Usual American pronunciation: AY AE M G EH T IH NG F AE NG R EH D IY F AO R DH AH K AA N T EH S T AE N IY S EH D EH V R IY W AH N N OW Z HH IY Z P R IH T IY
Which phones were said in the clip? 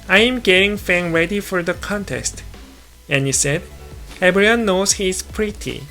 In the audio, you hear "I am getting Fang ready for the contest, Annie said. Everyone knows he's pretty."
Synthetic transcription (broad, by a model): AY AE M G EH T IH NG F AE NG R EH D IY F AO R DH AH K AA N T EH S T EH N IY S EH D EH B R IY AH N N OW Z HH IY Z P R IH T IY